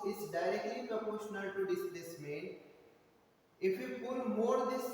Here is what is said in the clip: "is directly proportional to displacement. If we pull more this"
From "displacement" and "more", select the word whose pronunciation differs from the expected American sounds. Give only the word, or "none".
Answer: displacement